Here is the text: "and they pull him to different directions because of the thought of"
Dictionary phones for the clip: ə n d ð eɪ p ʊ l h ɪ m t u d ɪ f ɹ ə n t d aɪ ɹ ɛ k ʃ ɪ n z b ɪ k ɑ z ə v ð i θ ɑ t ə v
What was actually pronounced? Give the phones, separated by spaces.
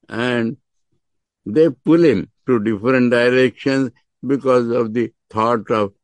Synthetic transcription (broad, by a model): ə n d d eɪ p ʊ l h ɪ m t u d ɪ f ɹ ə n t d aɪ ɹ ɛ k ʃ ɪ n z b ɪ k ɑ z ə v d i t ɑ t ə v